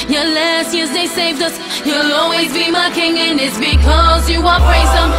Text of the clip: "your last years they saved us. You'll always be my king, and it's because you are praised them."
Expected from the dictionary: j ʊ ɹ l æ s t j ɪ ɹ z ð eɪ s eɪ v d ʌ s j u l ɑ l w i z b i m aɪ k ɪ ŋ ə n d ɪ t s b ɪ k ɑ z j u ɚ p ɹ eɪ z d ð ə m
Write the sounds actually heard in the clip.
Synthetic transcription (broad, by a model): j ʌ l æ s t j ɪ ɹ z ð eɪ s eɪ v d ʌ s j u l ɑ l w i z b i m aɪ k ɪ ŋ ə n ɪ t s b ɪ k ɑ z j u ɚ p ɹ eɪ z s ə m